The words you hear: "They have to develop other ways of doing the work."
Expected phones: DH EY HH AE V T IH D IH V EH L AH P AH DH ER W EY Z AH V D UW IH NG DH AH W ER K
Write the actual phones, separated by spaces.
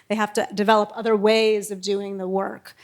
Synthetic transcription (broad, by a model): DH EY HH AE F T IH D IH V EH L AH P AH DH ER W EY Z AH V D UW IH NG DH AH W ER K